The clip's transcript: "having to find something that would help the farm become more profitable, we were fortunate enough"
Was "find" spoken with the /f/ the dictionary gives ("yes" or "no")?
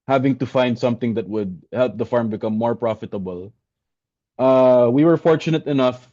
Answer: yes